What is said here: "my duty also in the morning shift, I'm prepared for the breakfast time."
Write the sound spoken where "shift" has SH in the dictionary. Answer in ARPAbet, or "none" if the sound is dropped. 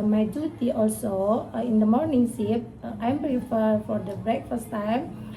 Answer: S